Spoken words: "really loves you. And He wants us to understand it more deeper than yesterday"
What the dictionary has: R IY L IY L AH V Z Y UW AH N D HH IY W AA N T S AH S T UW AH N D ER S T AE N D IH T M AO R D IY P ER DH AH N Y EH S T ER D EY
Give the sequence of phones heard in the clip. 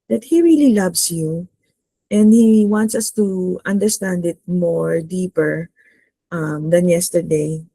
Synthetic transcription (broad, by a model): R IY L IY L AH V S Y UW AH N D HH IY W AA N T S AH S T UW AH N D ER S T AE N D IH T M AO R D IY P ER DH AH N Y EH S T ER D EY